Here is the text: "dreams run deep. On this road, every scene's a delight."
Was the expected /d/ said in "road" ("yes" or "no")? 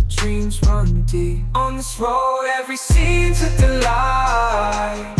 no